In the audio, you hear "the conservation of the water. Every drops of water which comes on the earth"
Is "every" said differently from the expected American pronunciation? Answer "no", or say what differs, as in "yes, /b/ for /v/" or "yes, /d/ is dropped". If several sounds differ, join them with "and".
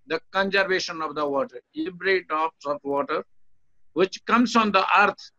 yes, /b/ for /v/